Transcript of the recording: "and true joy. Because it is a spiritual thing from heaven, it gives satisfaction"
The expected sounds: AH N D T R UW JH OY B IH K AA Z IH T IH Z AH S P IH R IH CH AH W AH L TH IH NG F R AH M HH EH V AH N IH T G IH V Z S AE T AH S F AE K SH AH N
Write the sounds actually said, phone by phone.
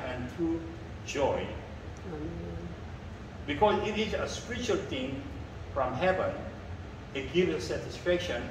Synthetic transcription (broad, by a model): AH N T R UW JH OY B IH K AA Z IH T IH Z AH S P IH R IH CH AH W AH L T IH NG F R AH M HH EH V AH N IH T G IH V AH S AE T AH S F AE K SH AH N